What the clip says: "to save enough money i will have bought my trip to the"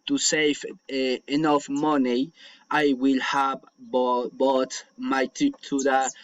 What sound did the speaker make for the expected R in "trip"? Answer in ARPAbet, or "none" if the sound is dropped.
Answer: none